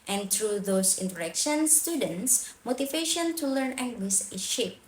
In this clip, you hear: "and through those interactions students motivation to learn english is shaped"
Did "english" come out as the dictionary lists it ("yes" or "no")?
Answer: no